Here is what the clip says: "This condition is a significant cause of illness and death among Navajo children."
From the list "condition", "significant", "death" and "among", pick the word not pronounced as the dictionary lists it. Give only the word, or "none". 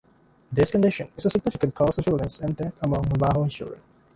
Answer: death